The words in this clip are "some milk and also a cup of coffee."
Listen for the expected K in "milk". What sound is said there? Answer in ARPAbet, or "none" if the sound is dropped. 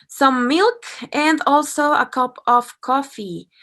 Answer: K